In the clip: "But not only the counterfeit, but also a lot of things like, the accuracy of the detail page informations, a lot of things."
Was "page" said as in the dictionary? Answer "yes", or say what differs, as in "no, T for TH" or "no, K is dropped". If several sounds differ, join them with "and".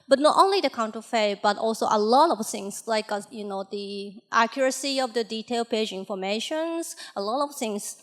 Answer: yes